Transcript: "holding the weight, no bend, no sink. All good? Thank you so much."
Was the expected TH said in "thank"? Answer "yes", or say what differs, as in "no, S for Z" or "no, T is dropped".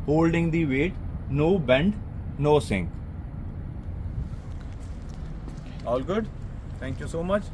no, T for TH